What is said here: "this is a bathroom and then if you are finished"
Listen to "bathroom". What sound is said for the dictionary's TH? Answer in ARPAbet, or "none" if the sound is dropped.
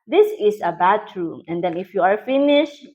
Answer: T